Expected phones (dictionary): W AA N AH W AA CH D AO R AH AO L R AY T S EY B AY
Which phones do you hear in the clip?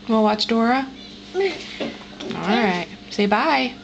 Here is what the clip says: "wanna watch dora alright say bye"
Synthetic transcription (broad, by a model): W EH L W AA CH D AO R AH AO L R AY T S EY B AY